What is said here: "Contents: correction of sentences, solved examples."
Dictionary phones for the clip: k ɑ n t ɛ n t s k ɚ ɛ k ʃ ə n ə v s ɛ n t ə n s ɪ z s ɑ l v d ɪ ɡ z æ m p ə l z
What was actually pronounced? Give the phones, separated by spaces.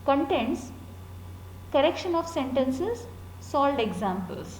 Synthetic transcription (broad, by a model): k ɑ n t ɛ n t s k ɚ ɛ k ʃ ə n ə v s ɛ n t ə n s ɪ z s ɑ l d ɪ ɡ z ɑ m p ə l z